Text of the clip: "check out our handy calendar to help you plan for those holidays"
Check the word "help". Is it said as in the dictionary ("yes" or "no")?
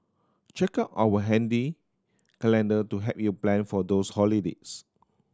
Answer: no